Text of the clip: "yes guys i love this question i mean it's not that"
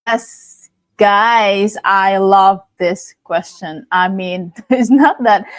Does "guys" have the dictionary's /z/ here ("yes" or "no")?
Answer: yes